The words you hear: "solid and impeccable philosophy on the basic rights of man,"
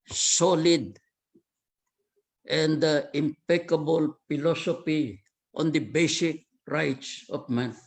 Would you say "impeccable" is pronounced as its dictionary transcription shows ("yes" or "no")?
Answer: yes